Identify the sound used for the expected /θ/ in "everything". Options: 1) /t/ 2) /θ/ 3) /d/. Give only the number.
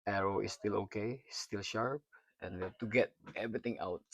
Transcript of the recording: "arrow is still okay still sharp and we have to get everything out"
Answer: 1